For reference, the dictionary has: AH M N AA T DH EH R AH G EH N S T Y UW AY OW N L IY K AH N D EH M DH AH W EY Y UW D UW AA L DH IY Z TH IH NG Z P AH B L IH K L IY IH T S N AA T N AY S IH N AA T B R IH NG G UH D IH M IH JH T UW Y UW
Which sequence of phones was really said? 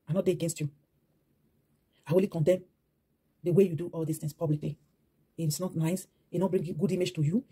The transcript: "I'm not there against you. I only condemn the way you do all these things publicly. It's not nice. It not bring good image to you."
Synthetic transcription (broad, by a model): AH N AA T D EH AH G EH N S T Y UW AY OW L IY K AH N D EH M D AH W EY Y UW D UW AA L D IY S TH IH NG S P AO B L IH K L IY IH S N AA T N AY S IH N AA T B R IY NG G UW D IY M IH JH T UW Y UW